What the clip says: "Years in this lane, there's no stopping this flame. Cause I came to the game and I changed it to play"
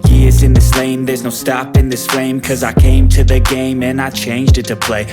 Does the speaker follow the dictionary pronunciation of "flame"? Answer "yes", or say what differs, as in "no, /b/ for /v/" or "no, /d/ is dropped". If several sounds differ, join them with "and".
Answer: no, /l/ is dropped